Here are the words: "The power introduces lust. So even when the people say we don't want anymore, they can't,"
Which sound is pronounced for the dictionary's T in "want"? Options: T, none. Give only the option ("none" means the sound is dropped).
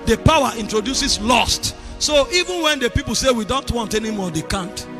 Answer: T